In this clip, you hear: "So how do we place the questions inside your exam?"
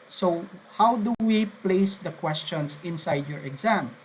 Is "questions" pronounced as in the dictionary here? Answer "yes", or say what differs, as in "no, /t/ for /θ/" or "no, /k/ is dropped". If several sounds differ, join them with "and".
no, /s/ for /z/